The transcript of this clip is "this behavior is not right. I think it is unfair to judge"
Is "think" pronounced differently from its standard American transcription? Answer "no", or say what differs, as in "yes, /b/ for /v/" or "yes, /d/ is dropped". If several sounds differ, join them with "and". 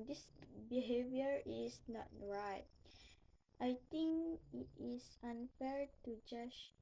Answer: yes, /t/ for /θ/